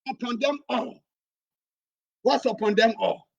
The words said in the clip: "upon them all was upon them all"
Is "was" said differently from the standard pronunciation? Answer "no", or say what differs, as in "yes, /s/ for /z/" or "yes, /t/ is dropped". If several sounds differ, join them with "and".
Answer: yes, /s/ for /z/